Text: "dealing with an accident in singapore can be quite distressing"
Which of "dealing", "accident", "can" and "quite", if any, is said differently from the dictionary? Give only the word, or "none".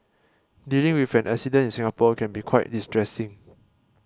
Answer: accident